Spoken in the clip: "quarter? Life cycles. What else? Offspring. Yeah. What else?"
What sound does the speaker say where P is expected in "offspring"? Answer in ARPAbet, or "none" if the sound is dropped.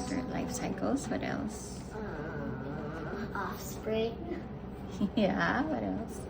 P